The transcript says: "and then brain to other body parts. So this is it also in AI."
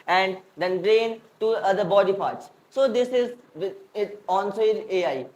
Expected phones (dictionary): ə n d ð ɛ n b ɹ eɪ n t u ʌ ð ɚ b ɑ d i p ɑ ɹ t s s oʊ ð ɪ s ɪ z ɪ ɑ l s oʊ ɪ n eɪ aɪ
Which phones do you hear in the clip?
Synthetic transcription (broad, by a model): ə n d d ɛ n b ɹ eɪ n t u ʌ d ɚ b ɑ d i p ɑ ɹ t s s oʊ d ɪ s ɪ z ɪ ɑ n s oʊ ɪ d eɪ aɪ